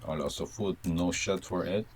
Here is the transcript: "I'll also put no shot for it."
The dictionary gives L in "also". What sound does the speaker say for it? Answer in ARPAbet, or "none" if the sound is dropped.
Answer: none